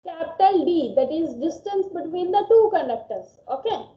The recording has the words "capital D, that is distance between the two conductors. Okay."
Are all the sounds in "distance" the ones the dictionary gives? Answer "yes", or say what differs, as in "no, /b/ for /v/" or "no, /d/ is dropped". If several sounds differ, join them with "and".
yes